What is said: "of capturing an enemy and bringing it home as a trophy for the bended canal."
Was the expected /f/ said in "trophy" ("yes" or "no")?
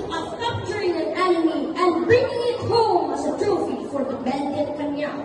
yes